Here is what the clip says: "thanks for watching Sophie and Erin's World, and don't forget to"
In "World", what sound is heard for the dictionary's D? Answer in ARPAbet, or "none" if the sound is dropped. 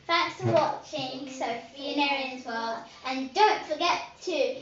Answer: none